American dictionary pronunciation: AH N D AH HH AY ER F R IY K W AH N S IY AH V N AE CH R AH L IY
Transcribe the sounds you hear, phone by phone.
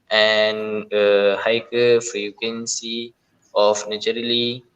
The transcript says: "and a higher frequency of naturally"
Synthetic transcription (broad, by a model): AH N AH HH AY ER F R IY K W AH N S IY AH F N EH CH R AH L IY